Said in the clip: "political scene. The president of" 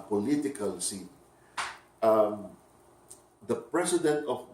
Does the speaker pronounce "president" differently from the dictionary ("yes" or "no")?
yes